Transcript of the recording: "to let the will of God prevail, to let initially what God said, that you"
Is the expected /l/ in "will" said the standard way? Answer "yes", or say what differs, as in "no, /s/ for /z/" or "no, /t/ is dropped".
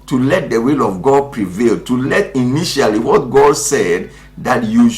yes